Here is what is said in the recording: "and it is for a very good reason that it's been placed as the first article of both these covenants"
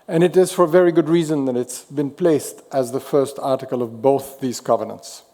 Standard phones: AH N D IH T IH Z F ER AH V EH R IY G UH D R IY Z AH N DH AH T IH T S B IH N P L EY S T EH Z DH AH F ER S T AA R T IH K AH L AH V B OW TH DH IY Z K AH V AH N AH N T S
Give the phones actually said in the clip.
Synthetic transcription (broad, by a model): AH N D IH T IH Z F ER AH V EH R IY G UH D R IY Z AH N DH AH T IH T S B IH N P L EY S T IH Z DH AH F ER S T AA R T IH K AH L AH V B OW TH DH IY Z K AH V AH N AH N T S